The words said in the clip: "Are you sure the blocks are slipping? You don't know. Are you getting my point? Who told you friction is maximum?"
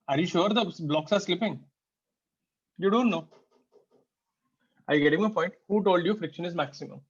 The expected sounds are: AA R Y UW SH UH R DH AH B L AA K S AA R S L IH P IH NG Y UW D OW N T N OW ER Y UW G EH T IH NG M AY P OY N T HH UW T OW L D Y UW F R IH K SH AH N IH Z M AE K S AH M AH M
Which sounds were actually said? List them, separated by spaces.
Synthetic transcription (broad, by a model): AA R Y UW SH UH R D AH B L AA K S AA R S L IH P IH NG Y UW D OW N T N OW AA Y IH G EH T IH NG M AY P OY N T HH UW T OW L D Y UW F R IH K SH AH N IH Z M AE K S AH M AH M